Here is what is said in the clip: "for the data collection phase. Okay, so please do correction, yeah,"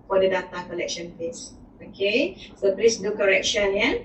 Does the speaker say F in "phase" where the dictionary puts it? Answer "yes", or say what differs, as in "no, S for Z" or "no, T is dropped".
no, P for F